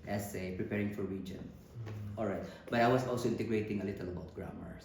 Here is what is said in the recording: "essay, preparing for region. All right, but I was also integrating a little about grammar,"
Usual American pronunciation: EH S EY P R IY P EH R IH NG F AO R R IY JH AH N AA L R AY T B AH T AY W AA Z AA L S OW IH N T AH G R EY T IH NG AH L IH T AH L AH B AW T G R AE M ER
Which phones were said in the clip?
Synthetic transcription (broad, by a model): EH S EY P R IY P EH R IH NG F AO R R IY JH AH N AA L R AY T B AH T AY W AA S AA L S OW IH N T AH G R EY T IH NG AH L IH T AH L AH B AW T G R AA M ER